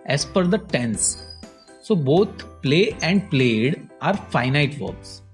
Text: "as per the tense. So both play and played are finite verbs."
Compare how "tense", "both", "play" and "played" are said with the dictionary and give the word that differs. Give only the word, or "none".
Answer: both